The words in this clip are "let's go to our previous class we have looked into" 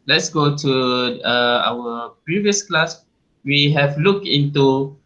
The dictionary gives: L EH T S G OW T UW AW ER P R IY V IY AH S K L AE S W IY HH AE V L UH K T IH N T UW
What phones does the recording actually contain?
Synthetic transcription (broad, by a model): L EH T S G OW T UW AW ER P R IY V IY AH S K L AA S W IY HH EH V L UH K IH N T UW